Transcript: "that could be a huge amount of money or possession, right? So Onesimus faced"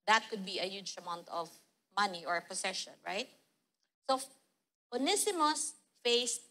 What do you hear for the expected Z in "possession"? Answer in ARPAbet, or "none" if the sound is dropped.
S